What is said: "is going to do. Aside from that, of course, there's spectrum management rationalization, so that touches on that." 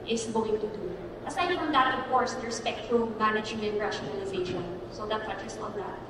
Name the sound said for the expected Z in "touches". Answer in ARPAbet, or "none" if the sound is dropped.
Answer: S